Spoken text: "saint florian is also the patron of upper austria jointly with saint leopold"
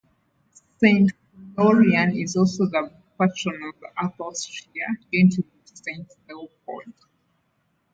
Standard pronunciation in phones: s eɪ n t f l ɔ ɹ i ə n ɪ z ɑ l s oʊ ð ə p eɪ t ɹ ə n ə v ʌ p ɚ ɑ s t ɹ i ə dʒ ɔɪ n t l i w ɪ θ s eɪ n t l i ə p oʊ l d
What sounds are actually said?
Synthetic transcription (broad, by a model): s eɪ n t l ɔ ɹ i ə n ɪ z ɑ l s oʊ ð ə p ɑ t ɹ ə n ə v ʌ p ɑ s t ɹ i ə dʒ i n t i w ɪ s eɪ n t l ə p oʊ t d